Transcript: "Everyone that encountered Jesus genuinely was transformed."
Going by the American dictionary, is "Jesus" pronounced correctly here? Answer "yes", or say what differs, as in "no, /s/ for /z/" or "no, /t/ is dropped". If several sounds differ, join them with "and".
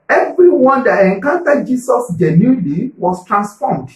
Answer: no, /s/ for /z/